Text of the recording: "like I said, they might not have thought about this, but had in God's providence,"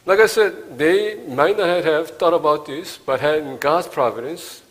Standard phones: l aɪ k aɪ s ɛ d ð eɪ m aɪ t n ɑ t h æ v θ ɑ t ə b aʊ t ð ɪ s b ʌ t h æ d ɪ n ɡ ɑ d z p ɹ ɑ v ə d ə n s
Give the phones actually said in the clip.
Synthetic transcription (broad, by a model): l aɪ k aɪ s ɛ d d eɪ m aɪ t n ɑ t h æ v t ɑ t ə b aʊ t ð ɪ s b ʌ t h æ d ɪ n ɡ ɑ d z p ɹ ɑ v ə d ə n s